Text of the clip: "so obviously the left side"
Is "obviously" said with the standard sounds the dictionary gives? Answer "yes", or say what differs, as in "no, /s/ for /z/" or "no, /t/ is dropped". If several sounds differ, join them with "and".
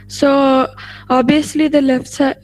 no, /v/ is dropped